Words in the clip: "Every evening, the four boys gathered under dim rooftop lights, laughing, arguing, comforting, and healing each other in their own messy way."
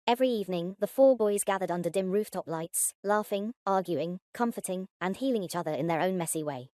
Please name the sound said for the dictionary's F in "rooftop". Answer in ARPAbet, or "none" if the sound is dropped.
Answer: F